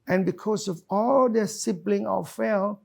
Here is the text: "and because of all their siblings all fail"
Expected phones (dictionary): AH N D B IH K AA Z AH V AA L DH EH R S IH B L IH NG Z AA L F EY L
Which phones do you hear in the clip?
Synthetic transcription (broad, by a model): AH N B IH K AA S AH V AA L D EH S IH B L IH NG AA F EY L